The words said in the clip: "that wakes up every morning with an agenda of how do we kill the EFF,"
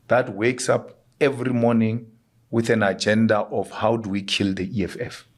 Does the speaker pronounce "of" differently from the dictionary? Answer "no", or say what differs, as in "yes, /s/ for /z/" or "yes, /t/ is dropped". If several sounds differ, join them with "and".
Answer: yes, /f/ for /v/